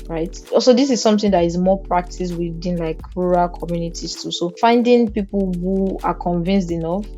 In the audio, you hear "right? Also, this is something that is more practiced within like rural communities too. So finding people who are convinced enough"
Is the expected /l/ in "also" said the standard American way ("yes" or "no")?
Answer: no